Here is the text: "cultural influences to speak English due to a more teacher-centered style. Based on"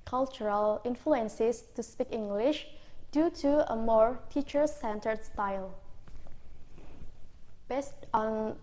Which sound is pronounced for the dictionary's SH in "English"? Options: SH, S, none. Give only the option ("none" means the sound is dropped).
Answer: SH